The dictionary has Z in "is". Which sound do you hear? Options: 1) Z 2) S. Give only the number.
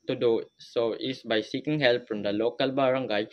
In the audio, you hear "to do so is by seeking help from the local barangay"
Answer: 2